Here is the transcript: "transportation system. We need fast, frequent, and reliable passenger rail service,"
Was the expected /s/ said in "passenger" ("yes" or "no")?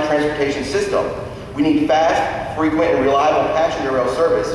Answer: no